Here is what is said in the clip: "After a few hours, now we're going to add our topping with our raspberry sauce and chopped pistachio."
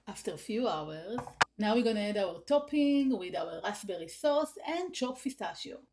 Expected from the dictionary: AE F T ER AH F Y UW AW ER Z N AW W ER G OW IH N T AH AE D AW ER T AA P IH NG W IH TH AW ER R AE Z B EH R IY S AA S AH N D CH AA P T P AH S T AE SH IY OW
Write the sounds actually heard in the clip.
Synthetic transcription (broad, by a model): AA F T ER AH F Y UW AW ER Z N AW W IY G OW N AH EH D AW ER T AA P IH NG W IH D AW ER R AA S B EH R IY S AA S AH N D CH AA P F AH S T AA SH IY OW